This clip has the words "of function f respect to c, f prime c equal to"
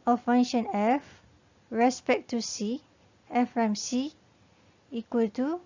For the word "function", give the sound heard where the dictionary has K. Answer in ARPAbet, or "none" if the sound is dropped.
none